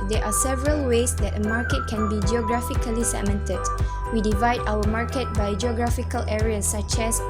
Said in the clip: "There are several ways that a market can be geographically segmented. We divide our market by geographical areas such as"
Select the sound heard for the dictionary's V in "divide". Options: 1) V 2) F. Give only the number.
1